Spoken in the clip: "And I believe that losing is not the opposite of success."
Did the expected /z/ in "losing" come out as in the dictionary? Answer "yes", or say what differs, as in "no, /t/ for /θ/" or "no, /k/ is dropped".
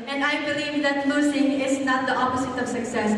no, /s/ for /z/